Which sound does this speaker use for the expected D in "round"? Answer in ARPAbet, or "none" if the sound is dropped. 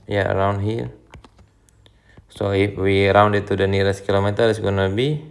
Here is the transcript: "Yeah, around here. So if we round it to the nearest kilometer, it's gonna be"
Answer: D